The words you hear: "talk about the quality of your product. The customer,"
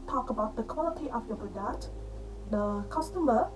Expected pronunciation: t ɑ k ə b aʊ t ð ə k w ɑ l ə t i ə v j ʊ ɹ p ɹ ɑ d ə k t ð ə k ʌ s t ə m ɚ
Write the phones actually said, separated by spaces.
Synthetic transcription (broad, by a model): t ɑ k ə b aʊ t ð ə k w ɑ l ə t i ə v j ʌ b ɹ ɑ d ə t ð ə k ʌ s t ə m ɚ